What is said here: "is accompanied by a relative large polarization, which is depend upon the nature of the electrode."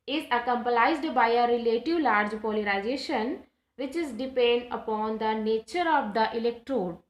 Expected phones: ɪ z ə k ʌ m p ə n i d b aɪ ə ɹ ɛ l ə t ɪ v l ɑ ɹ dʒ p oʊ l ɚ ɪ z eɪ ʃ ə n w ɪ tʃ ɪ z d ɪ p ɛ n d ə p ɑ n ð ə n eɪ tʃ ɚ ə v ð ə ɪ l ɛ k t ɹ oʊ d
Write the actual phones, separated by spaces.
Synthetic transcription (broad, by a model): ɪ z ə k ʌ m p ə l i d b aɪ ə ɹ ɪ l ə t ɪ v l ɑ ɹ dʒ p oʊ l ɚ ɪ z eɪ ʃ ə n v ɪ tʃ ɪ z d ɪ p ɛ n d ə p ɑ n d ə n eɪ tʃ ɚ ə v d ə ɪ l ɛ k t ɹ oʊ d